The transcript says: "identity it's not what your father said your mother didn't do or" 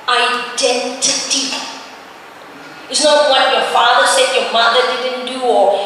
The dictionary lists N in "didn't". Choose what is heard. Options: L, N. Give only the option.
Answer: N